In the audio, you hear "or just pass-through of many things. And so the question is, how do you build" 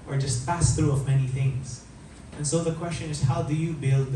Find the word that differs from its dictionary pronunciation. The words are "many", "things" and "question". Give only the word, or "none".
none